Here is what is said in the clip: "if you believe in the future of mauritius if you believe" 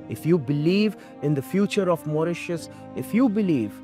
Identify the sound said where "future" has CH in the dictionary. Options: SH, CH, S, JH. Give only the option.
CH